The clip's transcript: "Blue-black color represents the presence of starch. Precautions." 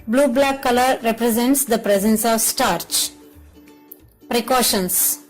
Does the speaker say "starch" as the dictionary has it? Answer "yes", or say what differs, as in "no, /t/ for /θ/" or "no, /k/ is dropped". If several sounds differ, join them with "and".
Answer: yes